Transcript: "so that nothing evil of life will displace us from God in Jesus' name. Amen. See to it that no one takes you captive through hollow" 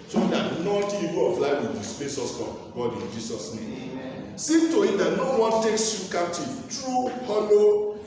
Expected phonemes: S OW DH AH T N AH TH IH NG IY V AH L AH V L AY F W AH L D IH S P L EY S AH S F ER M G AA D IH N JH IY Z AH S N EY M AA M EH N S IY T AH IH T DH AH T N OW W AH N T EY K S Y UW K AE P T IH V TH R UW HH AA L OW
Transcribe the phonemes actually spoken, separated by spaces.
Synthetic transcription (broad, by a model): S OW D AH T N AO T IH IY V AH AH F L AY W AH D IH S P EY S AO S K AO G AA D IH N JH IY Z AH S N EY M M S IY T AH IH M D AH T N OW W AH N T EY K S Y UW K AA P T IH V T R UW HH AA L OW